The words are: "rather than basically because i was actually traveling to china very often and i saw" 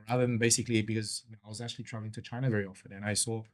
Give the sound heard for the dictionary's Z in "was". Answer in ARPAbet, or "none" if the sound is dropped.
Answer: Z